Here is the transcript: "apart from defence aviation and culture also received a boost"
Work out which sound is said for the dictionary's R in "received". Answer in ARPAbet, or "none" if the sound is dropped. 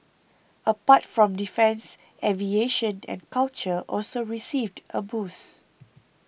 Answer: R